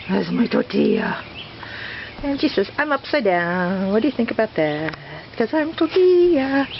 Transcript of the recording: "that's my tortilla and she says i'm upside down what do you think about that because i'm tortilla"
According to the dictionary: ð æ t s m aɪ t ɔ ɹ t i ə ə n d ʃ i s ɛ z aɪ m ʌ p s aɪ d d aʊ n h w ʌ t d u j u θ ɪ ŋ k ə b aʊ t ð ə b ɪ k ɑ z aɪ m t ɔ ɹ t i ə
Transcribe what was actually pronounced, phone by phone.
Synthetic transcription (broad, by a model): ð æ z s m aɪ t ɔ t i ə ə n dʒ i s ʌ s aɪ m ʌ p s aɪ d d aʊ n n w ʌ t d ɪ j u θ ɪ ŋ k ə b aʊ t ð ə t k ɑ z aɪ m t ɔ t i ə